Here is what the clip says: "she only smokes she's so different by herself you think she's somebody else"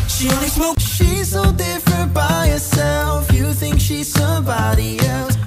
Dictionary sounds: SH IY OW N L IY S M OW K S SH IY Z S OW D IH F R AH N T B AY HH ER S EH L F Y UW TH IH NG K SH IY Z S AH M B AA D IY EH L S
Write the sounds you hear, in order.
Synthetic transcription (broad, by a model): SH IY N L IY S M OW SH IY Z S OW D IH F R AH N T B AY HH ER S EH L F Y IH TH IH NG K SH IY Z S AH M B AA D IY EH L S